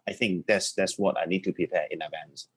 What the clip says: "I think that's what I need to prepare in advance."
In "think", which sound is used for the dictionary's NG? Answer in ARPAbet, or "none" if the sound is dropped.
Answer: NG